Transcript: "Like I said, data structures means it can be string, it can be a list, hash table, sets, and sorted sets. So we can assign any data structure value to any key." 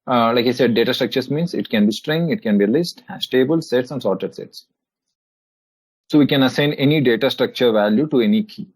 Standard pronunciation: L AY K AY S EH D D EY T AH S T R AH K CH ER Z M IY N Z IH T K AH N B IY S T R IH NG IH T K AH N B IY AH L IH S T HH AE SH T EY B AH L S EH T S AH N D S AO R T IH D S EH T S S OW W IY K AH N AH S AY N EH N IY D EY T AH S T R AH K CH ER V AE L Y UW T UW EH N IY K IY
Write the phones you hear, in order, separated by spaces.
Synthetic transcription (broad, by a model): L AY K AY S EH D D EY T AH S T R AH K CH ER S M IY N S IH T K AH N B IY S T R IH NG IH T K AH N B IY L IH S T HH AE S T EY B AH L S EH T S AH N D S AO R T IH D S EH T S S OW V IY K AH N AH S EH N EH N IY D EY T AH S T R AH K CH ER V AE L Y UW T UW EH N IY K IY